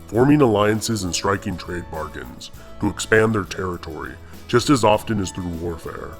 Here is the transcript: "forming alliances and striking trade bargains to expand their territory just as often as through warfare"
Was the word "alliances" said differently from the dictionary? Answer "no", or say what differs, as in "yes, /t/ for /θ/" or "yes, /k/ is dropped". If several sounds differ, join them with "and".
no